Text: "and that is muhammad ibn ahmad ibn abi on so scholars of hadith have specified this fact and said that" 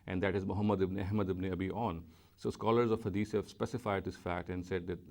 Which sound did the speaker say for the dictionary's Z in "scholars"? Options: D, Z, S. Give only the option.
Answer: Z